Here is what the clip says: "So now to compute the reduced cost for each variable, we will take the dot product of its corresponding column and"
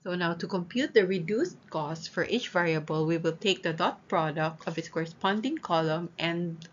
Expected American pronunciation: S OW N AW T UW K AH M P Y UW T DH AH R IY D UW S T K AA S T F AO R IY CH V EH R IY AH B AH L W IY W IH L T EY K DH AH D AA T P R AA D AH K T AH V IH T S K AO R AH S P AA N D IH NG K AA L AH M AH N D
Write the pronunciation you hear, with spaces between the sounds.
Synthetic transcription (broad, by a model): S OW N AW T UW K AH M P Y UW T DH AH R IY D UW S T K AA S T F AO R IY CH V EH R IY AH B AH L W IY W IH L T EY K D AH D AA T P R AA D AH K T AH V IH T S K AO R AH S P AA N D IH NG K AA L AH M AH N